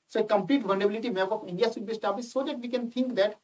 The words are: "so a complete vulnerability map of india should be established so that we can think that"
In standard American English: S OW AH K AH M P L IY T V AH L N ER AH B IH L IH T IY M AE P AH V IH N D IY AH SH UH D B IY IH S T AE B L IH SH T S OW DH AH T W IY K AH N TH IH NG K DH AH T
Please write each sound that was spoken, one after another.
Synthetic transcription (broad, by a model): S OW AH K AH M P L IY T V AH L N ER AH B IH L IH T IY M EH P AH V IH N D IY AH S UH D B IY S T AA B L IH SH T S OW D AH T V IY K AH N T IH NG K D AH T